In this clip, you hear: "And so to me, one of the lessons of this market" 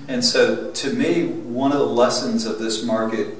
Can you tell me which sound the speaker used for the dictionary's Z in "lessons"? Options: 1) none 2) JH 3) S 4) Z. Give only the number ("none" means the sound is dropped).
4